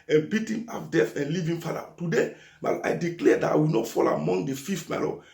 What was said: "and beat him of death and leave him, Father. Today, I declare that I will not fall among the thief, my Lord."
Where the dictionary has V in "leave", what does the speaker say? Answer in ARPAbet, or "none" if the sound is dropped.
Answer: V